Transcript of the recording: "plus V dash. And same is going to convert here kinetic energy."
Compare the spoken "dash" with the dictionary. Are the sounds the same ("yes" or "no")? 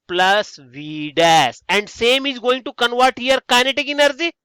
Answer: no